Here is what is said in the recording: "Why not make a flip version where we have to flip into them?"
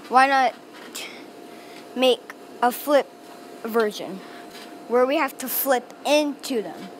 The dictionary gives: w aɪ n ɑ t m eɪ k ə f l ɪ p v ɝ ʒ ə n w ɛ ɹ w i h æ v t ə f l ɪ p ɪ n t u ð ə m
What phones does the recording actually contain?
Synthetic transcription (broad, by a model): w aɪ n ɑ t m eɪ k ə f l ɪ p v ɝ ʒ ə n w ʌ ɹ w i h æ f t ə f l ɪ p ɪ n t u ð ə m